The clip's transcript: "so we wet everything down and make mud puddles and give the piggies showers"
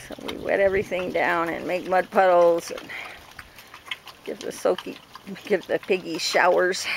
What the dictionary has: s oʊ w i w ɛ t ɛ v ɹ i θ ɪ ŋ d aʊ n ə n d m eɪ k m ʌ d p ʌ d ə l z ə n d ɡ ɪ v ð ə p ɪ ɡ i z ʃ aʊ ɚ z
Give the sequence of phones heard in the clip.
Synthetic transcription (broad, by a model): s oʊ w i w ɛ t ɛ v ɹ i θ ɪ ŋ d aʊ n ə n m eɪ k m ʌ d p ʌ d l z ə n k ɡ ɪ v ð ə p ɪ ɡ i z ʃ aʊ ɚ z